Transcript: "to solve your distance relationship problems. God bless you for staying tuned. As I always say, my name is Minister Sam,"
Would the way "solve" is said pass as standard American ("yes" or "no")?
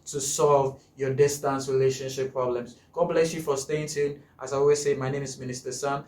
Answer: yes